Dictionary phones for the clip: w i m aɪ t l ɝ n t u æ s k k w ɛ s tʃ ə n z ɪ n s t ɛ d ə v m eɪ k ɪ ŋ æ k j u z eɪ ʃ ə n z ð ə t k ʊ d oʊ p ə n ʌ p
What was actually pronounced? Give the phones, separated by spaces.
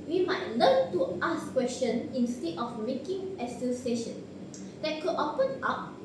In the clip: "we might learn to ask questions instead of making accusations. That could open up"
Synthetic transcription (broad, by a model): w i m aɪ t l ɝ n t u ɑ s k k w ɛ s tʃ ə n ɪ n s t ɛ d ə f m eɪ k ɪ ŋ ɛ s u s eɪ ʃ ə n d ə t k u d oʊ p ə n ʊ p